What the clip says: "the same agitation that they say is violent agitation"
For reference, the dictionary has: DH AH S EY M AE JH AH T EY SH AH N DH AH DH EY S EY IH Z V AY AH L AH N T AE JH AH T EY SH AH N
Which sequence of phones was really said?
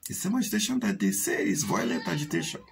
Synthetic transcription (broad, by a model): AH S EY M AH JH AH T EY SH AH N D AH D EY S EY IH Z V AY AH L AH T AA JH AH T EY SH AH